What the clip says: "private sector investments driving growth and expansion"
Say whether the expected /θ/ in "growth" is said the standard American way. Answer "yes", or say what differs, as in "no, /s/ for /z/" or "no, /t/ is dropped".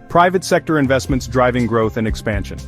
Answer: yes